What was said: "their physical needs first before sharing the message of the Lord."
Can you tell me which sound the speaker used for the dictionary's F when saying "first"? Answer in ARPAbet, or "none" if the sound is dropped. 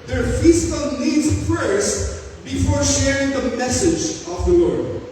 P